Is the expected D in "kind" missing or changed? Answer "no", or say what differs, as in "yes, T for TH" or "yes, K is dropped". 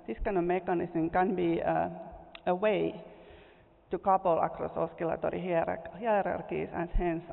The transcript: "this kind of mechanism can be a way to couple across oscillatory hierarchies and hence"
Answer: yes, D is dropped